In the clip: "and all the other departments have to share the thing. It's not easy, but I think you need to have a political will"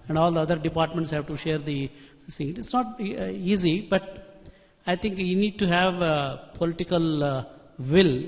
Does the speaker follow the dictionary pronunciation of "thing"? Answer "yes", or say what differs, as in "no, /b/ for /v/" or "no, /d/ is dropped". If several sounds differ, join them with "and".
no, /s/ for /θ/